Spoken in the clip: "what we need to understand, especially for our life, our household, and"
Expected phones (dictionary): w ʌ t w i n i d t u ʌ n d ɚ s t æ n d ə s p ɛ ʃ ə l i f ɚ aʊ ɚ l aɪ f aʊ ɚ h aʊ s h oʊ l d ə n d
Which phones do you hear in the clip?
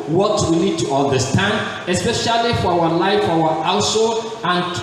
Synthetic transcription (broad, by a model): w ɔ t w i n i d t u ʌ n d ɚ s t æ n d ə s p ɛ ʃ ə l i f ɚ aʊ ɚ l aɪ f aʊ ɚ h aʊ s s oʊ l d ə n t